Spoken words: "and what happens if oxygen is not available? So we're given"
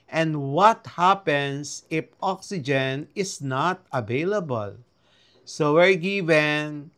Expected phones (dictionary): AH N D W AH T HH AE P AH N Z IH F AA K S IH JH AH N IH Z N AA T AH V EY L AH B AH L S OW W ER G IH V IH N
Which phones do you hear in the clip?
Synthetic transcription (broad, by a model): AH N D W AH T HH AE P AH N S IH F AA K S IH JH AH N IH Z N AA T AH V EY L AH B AH L S OW W ER G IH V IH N